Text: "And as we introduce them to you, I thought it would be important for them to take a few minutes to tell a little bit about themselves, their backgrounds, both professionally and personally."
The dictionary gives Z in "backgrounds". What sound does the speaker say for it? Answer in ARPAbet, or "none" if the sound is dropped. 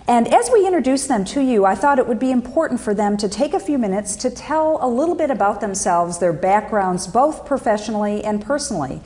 Z